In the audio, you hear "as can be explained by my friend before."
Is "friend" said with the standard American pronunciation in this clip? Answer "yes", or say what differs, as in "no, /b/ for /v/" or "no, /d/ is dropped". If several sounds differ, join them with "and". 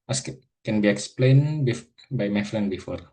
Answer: no, /l/ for /ɹ/